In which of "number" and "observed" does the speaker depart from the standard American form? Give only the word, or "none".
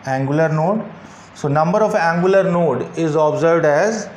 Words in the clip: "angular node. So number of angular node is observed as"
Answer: none